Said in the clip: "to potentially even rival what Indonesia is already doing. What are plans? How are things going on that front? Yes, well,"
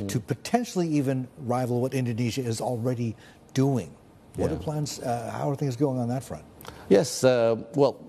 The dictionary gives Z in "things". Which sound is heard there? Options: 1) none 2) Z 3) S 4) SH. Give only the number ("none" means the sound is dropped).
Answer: 2